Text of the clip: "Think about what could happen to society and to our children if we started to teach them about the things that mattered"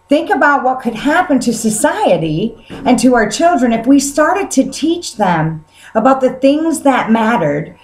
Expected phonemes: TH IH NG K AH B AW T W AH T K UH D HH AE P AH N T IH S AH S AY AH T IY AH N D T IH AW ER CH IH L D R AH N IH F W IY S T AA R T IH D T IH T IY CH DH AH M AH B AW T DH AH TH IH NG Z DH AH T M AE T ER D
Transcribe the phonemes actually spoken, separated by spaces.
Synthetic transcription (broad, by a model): TH IH NG K AH B AW T W AH T K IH D HH AE P AH N T IH S AH S AY AH T IY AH N T IH AW ER CH IH L D R AH N IH F W IY S T AA R T IH D T IH T IY CH DH AH M AH B AW T DH AH TH IH NG Z DH AH T M AE T ER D